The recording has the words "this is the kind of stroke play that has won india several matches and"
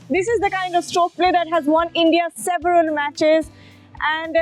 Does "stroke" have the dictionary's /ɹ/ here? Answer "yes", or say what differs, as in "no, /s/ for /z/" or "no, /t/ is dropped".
no, /ɹ/ is dropped